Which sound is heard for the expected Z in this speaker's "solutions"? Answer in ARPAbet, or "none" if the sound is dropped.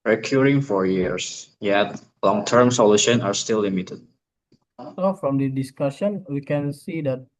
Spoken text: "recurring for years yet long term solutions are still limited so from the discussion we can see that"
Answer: none